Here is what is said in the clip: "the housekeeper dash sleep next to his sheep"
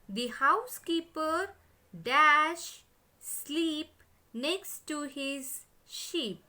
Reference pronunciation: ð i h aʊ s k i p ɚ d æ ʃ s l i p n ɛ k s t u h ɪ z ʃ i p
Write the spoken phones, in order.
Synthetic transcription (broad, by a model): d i h aʊ s k i p ɚ d æ ʃ s l i p n ɛ k s t u h ɪ z ʃ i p